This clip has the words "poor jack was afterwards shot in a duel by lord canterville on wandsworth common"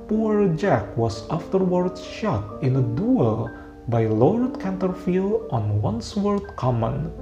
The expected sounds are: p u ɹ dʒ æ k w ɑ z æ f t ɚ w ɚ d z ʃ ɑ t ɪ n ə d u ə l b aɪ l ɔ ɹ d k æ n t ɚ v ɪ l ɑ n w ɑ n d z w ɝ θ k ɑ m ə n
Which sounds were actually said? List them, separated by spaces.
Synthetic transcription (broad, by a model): p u ɹ dʒ æ k w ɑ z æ f t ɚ w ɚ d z ʃ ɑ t ɪ n ə d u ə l b aɪ l ɔ ɹ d k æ n t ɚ f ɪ l ɑ n w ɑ n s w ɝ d k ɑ m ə n